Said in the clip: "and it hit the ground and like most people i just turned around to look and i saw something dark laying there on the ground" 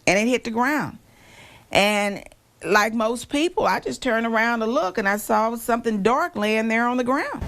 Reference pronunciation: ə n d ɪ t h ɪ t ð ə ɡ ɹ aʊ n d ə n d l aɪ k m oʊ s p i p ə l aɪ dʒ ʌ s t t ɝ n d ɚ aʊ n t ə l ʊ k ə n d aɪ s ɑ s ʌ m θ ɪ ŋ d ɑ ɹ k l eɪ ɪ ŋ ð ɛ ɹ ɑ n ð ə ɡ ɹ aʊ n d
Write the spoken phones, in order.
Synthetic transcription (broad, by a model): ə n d ɪ t h ɪ t ð ə ɡ ɹ aʊ n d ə n l aɪ k m oʊ s p i p l aɪ dʒ ʌ s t t ɝ n ɚ aʊ n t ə l ʊ k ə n aɪ s ɑ s ʌ m θ ɪ ŋ d ɑ ɹ k l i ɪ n ð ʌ ɹ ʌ n ð ə ɡ ɹ aʊ n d